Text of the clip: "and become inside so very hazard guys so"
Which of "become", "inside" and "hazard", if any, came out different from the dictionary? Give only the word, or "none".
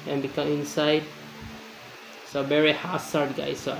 hazard